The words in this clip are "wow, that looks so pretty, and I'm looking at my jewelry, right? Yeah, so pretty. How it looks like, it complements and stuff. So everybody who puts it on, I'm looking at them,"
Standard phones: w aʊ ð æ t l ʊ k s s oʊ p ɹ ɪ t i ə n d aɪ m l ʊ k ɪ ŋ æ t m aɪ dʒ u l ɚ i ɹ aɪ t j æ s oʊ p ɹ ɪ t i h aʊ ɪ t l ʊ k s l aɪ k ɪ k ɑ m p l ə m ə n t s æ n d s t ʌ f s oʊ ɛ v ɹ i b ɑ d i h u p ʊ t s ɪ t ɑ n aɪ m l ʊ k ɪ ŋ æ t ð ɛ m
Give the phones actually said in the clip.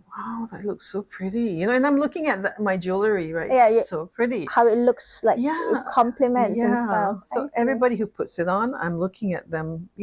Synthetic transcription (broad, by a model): w aʊ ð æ t l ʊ k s s oʊ p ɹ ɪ t i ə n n aɪ m l ʊ k ɪ ŋ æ t m aɪ dʒ u l ɚ i ɹ aɪ t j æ s oʊ p ɹ ɪ t i h aʊ ɪ t l ʊ k s l aɪ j ɪ k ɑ m p l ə m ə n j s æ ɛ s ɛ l s oʊ ɛ v ɹ i b ɑ d i h u p ʊ t s ɪ t ɑ n aɪ m l ʊ k ɪ ŋ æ t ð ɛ m